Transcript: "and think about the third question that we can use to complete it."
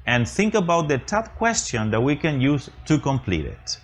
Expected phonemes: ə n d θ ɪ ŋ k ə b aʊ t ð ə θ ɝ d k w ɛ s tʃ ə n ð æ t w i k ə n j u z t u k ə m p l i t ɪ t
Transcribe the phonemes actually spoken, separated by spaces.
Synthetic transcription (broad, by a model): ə n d θ ɪ ŋ k ə b aʊ t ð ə t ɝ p k w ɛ s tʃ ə n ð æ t w i k ə n j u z t u k ə m p l i t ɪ t